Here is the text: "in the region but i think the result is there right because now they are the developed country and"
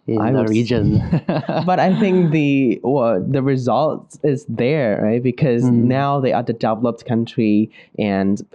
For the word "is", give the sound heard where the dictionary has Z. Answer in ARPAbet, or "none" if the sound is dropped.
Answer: Z